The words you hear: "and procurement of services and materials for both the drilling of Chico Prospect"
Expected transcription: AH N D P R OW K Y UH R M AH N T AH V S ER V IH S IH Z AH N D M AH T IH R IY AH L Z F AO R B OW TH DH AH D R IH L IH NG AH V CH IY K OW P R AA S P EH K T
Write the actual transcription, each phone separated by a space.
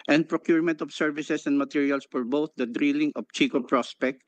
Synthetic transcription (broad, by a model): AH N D P R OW K Y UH R M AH N T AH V S ER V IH S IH S AH N D M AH T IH R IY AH L S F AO R B OW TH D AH D R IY L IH NG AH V CH IY K OW P R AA S P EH K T